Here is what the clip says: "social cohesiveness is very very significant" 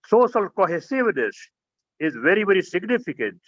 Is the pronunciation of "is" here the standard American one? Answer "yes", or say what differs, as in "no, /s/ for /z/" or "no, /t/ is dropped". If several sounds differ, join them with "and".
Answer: yes